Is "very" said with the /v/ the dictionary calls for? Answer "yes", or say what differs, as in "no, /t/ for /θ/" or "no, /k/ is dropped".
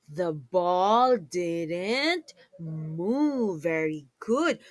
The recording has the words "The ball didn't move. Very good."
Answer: yes